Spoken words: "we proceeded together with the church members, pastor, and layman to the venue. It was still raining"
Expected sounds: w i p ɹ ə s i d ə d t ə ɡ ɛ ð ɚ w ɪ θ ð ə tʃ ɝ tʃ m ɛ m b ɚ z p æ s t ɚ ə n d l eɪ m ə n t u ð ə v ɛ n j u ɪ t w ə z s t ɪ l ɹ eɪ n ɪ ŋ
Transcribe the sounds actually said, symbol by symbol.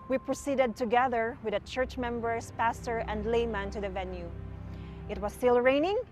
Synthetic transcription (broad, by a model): w i p ɹ ə s i d ə d t ə ɡ ɛ ð ɚ w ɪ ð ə tʃ ɝ tʃ m ɛ m b ɚ s p æ s t ɚ ə n d l eɪ m ə n t u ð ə v ɛ n j u ɪ t w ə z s t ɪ l ɹ eɪ n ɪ ŋ